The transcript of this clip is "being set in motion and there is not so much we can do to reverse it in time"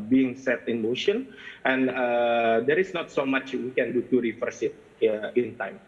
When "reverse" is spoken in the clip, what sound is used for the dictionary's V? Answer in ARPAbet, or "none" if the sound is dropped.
F